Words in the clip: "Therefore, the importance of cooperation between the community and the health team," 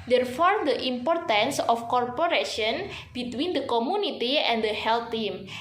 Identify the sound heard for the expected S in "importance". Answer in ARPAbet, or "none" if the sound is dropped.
S